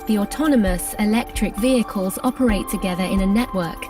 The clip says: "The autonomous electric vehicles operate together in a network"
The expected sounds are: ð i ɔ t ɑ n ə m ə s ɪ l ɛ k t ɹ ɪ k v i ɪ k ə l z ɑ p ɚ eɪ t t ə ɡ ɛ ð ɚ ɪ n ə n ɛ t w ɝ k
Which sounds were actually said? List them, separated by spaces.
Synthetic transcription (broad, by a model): ð i ɔ t ɑ n ə m ə s ɪ l ɛ k t ɹ ɪ k v i ɪ k ə l z ɑ p ɚ eɪ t t ə ɡ ɛ ð ɚ ɪ n ə n ɛ t w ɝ k